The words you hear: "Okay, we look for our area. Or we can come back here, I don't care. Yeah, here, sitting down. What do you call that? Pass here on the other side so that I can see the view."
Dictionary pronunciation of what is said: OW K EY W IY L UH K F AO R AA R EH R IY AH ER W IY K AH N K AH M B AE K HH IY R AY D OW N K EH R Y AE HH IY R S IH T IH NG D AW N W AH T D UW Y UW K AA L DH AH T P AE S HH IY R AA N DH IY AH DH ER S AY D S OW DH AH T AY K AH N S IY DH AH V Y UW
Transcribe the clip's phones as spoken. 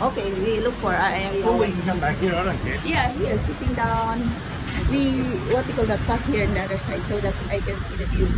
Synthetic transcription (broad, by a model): OW K EY W IY L UH K F AO R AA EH W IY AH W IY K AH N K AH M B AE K HH IY R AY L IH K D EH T Y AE HH IY R S IH T IH NG D AW N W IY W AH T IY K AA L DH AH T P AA S HH IY R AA N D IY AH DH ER S AY D S OW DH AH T AY K AH N S IY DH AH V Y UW